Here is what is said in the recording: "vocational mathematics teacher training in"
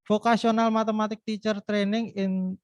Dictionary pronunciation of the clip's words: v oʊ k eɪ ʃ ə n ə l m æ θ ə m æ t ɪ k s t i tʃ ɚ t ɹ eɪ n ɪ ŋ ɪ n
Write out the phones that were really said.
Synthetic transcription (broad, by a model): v oʊ k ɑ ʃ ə n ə l m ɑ t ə m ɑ t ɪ k t i tʃ ɚ t ɹ eɪ n ɪ ŋ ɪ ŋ